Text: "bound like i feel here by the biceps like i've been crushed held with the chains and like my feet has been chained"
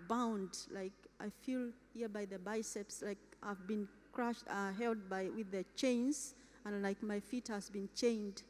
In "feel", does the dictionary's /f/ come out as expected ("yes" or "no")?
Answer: yes